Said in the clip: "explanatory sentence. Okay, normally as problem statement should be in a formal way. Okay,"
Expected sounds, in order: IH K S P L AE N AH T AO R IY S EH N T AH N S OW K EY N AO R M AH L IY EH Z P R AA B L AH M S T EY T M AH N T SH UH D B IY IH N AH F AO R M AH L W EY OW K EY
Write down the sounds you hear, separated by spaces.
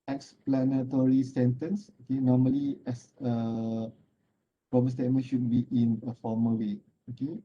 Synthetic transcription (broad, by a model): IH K S P L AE N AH T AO R IY S EH N T AH N S OW K EY N AO M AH L IY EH S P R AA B AH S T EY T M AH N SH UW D B IY IH N AH F AO M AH W EY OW K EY